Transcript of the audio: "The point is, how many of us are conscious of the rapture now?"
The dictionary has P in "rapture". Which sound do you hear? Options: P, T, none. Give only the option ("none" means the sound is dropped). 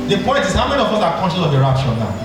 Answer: none